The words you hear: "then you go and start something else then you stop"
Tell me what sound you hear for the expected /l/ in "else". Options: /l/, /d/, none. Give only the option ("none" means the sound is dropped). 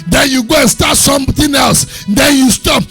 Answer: /l/